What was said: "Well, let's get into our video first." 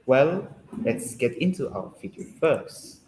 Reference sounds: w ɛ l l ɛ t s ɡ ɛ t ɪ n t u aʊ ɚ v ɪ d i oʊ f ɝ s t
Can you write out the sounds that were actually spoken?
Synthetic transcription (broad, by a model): w ɛ l l ɛ t s ɡ ɛ t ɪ n t u aʊ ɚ f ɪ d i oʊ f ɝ s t